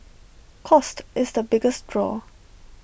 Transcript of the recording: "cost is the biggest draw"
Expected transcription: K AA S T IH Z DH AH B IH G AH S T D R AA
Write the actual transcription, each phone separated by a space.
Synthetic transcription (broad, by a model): K AA S T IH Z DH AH B IH G AH S T D R AA